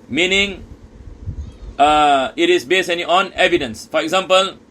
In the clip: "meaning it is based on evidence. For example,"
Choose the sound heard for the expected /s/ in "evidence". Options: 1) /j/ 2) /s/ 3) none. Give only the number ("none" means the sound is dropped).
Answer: 2